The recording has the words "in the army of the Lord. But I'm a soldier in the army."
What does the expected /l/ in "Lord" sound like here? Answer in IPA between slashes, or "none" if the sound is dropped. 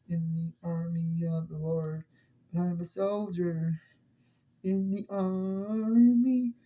/l/